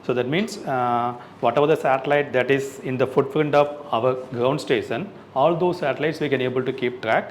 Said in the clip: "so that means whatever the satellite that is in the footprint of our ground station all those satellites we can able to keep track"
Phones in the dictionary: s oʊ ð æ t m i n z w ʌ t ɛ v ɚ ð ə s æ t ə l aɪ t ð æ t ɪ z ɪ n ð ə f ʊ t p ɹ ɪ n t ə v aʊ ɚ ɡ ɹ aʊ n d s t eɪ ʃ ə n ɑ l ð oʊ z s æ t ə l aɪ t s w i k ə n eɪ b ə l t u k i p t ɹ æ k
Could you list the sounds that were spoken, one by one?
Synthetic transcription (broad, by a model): s oʊ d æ t m i n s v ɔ t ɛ v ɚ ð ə s æ t ə l aɪ t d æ t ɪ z ɪ n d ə f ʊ t f ɹ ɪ n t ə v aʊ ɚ ɡ ɹ aʊ n d s t eɪ ʃ ə n ɑ l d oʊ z s æ t ə l aɪ t s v i k ə n eɪ b ə l t u k i p t ɹ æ k